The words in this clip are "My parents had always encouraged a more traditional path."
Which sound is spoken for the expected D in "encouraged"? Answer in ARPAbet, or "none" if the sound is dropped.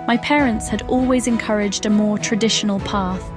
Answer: D